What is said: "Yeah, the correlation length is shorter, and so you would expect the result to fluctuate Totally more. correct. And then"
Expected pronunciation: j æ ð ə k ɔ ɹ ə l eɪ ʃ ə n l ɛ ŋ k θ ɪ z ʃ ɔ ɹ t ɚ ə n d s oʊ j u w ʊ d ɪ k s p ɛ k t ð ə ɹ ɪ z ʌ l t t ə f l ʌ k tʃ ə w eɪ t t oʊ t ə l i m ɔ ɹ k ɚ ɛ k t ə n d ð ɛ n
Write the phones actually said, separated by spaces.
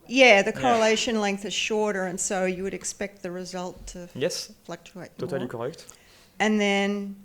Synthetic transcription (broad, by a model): j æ ð ə k ɔ ɹ ə l eɪ ʃ ə n l ɛ ŋ k θ ɪ z ʃ ɔ ɹ t ɚ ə n s oʊ j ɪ w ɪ d ɪ k s p ɛ k t ð ə ɹ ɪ z ʌ l t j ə f l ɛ k tʃ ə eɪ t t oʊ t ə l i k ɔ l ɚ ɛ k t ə n ð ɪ n